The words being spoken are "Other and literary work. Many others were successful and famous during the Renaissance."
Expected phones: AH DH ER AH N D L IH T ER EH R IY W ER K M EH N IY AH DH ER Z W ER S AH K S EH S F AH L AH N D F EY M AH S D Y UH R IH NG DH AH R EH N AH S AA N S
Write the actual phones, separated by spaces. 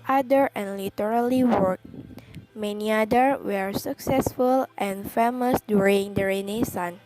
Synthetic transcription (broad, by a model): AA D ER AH N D L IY T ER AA L IY W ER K M EH N IY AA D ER W ER S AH K S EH S F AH L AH N F EY M AH S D Y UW R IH NG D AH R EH N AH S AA N